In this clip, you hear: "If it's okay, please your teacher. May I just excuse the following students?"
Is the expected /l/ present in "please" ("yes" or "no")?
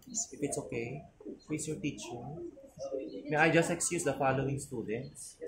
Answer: no